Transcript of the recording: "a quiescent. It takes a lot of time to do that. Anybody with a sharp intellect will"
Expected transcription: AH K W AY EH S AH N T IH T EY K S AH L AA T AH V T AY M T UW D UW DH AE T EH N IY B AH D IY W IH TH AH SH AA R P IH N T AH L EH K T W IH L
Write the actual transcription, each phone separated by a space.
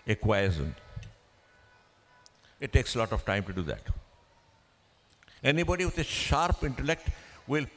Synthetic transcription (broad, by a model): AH K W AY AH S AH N IH T EY K S AH L AA T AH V T AY M T UW D UW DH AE T EH N IY B AH D IY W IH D AH SH AA R P IH N T AH L EH K T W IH L